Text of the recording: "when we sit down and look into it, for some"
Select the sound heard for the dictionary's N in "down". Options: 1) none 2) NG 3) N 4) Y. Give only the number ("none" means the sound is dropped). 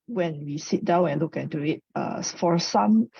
3